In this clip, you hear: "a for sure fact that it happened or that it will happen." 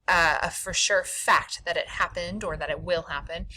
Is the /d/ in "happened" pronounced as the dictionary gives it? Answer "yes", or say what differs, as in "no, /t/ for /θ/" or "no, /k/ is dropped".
yes